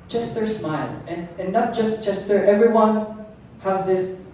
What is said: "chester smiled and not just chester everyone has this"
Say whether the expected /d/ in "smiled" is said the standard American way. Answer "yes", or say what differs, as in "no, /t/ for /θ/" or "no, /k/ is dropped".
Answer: no, /d/ is dropped